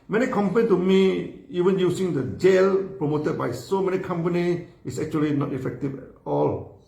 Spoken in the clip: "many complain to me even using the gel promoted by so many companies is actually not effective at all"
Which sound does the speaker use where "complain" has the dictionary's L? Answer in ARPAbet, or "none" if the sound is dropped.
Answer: none